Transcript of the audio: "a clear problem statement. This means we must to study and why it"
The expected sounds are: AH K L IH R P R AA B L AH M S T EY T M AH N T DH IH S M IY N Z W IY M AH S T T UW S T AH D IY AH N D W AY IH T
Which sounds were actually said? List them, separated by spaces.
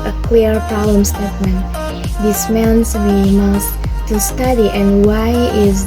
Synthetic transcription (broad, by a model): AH K W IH R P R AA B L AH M S T EY T M AH N T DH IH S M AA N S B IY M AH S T T UW S T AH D IY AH N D W AY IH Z